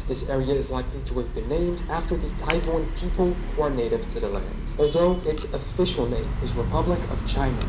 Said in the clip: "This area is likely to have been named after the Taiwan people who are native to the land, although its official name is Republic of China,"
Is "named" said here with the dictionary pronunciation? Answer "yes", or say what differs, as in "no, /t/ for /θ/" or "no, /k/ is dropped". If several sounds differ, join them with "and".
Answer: yes